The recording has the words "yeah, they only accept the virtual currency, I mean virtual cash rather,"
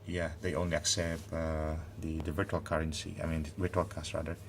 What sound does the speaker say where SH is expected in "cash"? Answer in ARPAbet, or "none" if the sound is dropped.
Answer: S